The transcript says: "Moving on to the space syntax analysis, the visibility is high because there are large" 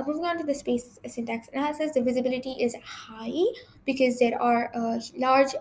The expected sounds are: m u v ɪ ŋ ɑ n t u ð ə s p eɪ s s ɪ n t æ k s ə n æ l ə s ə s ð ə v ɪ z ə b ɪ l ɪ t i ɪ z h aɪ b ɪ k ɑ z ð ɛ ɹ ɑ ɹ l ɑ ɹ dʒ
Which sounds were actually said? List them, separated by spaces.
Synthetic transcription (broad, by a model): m u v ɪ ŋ ɑ n t u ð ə s p eɪ s s ɪ n t æ k s ə n æ l ə s ə s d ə v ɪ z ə b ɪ l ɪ t i ɪ z h aɪ b ɪ k ɑ z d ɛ ɹ ɑ ɹ l ɑ ɹ dʒ